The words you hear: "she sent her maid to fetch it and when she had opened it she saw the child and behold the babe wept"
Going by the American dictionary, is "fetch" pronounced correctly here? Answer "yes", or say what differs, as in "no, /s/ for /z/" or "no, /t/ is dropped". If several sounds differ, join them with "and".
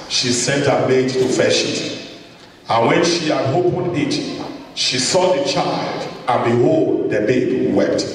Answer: no, /ʃ/ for /tʃ/